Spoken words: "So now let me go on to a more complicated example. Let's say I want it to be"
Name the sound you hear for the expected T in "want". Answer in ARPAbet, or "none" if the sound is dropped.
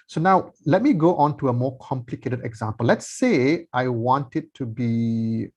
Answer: T